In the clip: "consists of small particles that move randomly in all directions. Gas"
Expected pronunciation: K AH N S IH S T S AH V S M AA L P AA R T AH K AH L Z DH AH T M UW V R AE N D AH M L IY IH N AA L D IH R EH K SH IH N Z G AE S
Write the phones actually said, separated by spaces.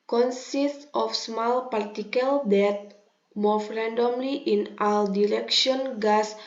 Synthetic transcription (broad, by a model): K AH N S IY S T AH F S M AA L P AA R T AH K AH L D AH T M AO F R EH N D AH M L IY IH N AA L D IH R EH K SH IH N G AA S